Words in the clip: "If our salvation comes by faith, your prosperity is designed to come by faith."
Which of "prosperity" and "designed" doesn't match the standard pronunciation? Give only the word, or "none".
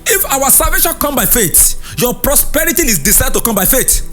designed